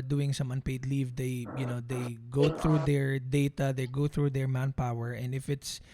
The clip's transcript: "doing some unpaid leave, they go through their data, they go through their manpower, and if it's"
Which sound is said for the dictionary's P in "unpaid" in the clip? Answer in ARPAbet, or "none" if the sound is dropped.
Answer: P